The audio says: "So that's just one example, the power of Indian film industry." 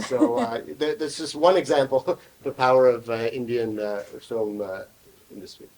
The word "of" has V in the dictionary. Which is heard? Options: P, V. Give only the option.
V